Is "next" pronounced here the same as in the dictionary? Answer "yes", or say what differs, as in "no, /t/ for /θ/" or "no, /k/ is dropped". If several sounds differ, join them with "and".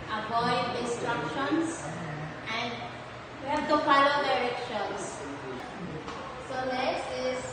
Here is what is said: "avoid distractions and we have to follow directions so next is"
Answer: no, /l/ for /n/